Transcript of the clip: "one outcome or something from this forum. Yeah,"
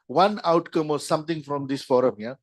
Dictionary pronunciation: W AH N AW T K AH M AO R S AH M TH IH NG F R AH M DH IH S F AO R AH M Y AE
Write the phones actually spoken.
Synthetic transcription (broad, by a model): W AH N AW T K AH M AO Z S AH M T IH NG F R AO M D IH S F AO R AH M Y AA